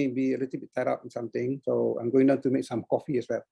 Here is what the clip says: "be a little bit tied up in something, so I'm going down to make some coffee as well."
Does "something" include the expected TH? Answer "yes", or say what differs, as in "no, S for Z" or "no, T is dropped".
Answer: no, T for TH